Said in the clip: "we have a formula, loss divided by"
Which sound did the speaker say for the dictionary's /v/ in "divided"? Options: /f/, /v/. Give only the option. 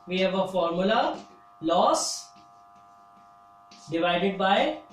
/v/